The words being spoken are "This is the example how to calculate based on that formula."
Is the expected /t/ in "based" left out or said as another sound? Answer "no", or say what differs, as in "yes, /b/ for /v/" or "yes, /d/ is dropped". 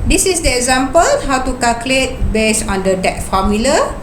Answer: yes, /t/ is dropped